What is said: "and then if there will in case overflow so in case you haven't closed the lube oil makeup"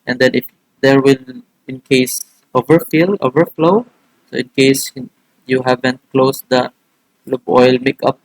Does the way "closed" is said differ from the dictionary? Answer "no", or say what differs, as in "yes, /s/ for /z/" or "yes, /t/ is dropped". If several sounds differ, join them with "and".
yes, /s/ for /z/